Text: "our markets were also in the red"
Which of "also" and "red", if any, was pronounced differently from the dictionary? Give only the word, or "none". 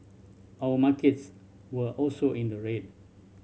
none